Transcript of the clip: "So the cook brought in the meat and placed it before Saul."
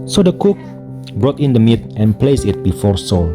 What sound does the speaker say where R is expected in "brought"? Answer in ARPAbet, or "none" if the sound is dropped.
R